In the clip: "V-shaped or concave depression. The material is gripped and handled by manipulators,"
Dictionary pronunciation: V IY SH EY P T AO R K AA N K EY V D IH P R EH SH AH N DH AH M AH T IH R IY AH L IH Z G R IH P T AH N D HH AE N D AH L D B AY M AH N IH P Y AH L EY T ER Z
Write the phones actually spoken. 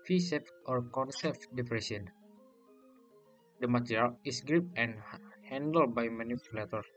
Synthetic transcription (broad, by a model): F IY S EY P T AO R K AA N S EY F D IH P R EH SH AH N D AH M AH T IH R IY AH L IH S G R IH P AH N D HH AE N D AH L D B AY M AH N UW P Y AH L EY T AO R